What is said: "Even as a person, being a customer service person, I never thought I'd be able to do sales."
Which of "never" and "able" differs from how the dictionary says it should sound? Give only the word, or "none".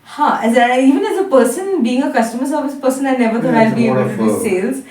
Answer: able